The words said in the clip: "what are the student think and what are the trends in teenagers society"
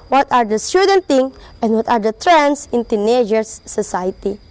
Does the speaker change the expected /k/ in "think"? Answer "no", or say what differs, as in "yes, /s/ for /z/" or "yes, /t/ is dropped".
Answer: yes, /k/ is dropped